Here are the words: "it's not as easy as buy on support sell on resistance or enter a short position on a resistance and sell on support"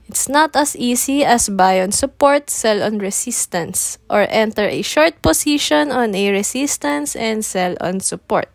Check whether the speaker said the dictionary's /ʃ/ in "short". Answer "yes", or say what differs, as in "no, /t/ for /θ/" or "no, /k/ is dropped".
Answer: yes